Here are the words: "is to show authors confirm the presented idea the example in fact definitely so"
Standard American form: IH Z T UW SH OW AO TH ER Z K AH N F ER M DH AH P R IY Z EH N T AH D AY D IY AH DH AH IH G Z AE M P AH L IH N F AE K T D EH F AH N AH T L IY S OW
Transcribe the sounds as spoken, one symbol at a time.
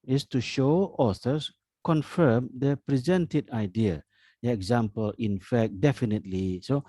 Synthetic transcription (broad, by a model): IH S T UW SH OW AO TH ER S K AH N F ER M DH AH P R IY Z EH N T AH D AY D IY AH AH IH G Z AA M P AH L IH N F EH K D EH F AH N AH T L IY S OW